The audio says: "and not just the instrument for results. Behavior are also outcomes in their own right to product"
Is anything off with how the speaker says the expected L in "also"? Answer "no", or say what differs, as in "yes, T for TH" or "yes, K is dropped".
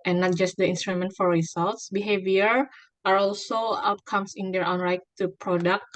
no